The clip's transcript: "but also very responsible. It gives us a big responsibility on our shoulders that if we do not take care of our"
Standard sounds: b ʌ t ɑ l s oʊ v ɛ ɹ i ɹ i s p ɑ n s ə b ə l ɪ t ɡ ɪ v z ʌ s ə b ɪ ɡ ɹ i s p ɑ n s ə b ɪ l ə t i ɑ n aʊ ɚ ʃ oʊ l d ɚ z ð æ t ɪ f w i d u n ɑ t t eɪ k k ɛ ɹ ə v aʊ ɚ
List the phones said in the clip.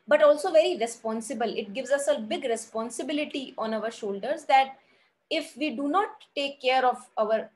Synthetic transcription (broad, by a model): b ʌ t ɑ l s oʊ v ɛ ɹ i ɹ i s p ɑ n s ə b ə l ɪ t ɡ ɪ v z ʌ s ə b ɪ ɡ ɹ i s p ɑ n s ə b ɪ l ə t i ɑ n aʊ ɚ ʃ oʊ l d ɚ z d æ t ɪ f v i d u n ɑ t t eɪ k k ɛ ɹ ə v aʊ ɚ